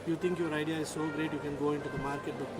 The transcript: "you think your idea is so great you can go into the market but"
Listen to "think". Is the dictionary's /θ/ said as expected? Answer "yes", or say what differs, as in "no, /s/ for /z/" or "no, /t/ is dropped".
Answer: no, /t/ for /θ/